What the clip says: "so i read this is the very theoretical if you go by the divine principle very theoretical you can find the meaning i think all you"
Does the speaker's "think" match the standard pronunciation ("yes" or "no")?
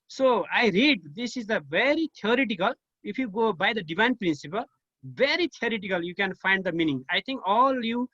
no